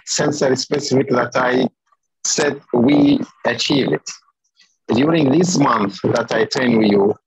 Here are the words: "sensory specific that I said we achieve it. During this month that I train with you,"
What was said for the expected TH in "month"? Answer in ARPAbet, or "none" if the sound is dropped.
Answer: TH